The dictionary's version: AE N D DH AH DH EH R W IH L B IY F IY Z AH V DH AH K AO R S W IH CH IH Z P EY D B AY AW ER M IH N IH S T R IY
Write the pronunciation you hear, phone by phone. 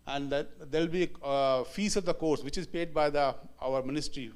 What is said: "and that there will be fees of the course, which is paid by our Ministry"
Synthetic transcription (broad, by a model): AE N D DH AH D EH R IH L B IY F IY S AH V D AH K AO R S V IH CH IH Z P EY D B AY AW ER M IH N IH S T R IY